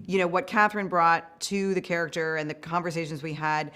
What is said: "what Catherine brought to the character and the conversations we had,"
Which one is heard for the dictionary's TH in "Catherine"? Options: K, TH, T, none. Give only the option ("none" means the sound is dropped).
TH